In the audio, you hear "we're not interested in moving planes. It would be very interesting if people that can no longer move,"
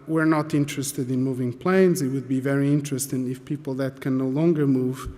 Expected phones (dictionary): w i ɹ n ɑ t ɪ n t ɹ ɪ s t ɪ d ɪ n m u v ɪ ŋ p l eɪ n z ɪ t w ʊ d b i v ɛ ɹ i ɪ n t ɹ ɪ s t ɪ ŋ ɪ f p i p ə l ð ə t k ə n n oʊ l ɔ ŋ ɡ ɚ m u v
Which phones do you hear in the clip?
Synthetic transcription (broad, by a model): w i ɹ n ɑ t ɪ n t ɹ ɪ s t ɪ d ɪ n m u v ɪ ŋ p l eɪ n z ɪ t w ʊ d b i v ɛ ɹ i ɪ n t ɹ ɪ s t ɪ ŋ ɪ f p i p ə l ð ə t k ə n n oʊ l ɔ ŋ ɡ ɚ m u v